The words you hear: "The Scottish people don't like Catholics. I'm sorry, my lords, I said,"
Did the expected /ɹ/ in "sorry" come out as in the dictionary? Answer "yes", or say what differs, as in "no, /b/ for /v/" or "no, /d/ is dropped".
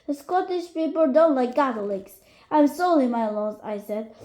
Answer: no, /l/ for /ɹ/